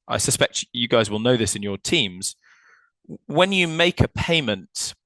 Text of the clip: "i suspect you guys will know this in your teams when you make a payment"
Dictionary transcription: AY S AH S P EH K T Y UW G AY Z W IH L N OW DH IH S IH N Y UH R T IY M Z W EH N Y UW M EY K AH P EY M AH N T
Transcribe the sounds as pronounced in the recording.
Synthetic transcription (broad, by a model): AY S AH S P EH K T Y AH G AY Z W IH L N OW DH IH S IH N Y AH T IY M Z W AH N Y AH M EY K AH P EY M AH N T